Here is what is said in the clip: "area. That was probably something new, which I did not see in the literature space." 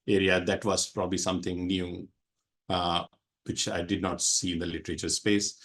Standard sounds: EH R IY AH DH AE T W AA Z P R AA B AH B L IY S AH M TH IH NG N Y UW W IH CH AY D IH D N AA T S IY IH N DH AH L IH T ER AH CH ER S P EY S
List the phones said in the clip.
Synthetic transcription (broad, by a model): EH R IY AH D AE T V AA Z P R AA B AH B L IY S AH M T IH NG N Y UW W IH CH AY D IH D N AA T S IY IH N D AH L IH T ER AH CH ER S P EY S